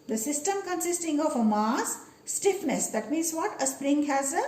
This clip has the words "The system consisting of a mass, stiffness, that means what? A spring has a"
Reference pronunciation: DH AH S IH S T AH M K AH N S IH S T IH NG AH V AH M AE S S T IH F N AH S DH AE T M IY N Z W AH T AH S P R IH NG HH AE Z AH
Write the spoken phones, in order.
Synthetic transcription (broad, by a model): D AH S IH S T AH M K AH N S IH S T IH NG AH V AH M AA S S T IH F N AH S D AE T M IY N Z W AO T AH S P R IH NG HH AE Z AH